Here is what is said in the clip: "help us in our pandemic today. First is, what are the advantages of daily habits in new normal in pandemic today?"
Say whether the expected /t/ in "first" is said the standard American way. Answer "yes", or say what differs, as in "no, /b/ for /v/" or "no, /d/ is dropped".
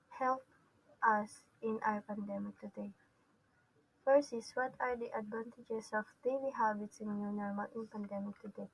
no, /t/ is dropped